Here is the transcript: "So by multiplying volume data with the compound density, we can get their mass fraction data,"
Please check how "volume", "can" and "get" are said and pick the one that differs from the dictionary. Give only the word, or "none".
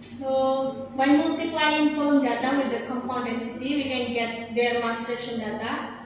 volume